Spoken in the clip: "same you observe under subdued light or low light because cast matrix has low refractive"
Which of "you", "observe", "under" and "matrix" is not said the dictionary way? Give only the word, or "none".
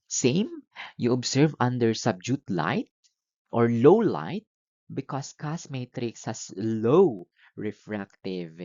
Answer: observe